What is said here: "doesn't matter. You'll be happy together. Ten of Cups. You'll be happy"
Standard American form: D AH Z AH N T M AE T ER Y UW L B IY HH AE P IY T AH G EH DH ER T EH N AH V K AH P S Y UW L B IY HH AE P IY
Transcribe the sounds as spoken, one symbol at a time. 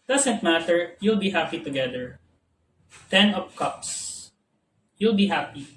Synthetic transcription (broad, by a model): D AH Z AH N T M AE T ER Y UW L B IY HH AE P IY T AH G EH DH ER T EH N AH P K AH P S Y UW L B IY HH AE P IY